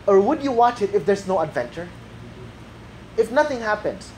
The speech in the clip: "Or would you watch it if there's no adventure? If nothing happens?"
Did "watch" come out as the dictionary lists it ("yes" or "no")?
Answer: yes